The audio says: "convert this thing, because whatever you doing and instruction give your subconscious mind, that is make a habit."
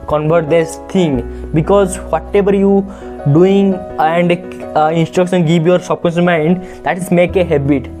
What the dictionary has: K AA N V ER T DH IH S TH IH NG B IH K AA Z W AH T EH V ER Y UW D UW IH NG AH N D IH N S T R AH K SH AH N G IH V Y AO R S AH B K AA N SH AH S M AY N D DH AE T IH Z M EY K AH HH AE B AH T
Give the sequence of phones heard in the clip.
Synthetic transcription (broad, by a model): K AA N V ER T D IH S T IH NG B IH K AA Z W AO T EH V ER Y UW D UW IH NG AH N D IH N S T R AH K SH AH N G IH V Y AO R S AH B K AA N S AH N M AY N D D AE T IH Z M EY K AH HH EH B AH T